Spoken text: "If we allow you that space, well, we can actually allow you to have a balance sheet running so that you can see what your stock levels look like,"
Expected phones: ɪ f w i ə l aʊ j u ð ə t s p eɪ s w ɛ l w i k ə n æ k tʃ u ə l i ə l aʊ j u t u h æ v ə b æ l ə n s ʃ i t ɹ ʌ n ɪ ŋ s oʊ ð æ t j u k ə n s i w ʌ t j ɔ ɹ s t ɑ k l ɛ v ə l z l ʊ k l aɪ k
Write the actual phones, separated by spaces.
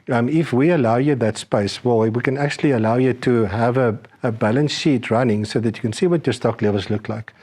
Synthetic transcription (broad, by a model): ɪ f w i ə l aʊ j u ð ə t s p eɪ s w ɛ l w i k ə n æ k tʃ u ə l i ə l aʊ j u t u h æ v ə b æ l ə n s ʃ i t ɹ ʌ n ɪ ŋ s oʊ ð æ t j u k ə n s i w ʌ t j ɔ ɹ s t ɑ k l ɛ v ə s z l ʊ k l aɪ k